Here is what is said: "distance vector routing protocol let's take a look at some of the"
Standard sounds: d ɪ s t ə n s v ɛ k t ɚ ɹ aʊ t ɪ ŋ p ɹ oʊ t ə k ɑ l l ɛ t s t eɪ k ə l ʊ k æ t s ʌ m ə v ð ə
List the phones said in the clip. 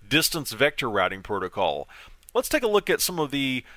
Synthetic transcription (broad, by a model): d ɪ s t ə n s v ɛ k t ɚ ɹ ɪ t ɪ ŋ p ɹ oʊ t ə k ɑ l l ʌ t s t eɪ k ə l ʊ k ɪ t s ʌ m ə v ð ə